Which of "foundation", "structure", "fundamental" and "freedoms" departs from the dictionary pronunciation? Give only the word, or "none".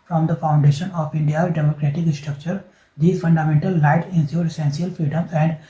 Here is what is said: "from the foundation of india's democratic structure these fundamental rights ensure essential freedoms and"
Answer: freedoms